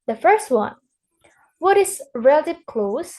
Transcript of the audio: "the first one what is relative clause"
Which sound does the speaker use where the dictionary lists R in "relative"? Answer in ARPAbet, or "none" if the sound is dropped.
R